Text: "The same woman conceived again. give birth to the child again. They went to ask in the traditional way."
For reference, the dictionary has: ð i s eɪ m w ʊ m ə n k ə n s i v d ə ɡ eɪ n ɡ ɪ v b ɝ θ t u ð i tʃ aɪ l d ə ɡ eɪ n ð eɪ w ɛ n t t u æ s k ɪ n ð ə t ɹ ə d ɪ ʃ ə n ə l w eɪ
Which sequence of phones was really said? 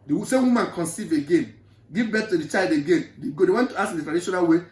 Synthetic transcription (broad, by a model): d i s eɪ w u m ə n k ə n s i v ə ɡ eɪ n ɡ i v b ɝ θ t u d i tʃ aɪ l d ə ɡ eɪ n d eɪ w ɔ n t t u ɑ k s ɪ n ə t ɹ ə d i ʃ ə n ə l w eɪ